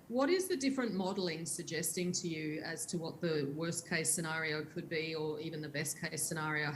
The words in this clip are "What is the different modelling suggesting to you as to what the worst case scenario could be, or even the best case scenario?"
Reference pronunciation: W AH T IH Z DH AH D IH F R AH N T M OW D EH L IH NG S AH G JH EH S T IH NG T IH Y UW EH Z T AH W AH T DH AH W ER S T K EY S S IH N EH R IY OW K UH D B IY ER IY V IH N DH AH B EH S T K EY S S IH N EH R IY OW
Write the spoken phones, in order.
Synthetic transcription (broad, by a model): W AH T IH Z DH AH D IH F R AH N M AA D L IH NG S AH G JH EH S T IH NG T IH Y UW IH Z T AH W AH T DH AH W ER S K EY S S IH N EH R IY OW K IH D B IY ER IY V IH N DH AH B EH S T K EY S S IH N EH R IY OW